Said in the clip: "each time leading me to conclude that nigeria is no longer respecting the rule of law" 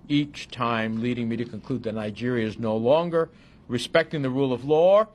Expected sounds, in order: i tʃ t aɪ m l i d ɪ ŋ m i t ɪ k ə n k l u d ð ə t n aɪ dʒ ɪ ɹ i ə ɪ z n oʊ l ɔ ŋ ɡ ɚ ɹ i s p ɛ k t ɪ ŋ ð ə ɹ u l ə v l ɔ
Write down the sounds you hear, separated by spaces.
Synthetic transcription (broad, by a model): i tʃ t aɪ m l i d ɪ ŋ m i t ɪ k ə n k l u d ð ə t n aɪ dʒ ɪ ɹ i ə ɪ z n oʊ l ɔ ŋ ɡ ɚ ɹ i s p ɛ k t ɪ ŋ ð ə ɹ u l ə v l ɔ